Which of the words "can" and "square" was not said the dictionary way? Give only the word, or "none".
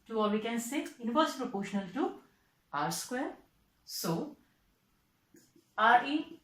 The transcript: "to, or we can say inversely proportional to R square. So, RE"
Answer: none